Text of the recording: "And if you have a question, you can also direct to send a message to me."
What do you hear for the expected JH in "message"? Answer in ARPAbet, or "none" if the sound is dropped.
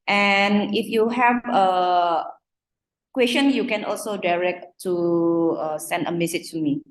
CH